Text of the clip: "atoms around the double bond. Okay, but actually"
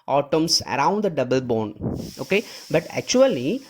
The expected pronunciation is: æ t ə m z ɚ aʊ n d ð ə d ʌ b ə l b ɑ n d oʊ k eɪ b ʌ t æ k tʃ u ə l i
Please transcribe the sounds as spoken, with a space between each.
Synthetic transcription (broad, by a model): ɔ t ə m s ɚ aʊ n d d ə d ʌ b ə l b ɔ n oʊ k eɪ b ʌ t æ k tʃ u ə l i